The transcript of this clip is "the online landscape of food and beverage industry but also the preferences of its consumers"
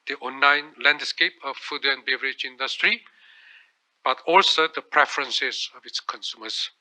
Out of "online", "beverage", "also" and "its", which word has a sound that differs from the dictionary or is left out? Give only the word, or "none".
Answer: online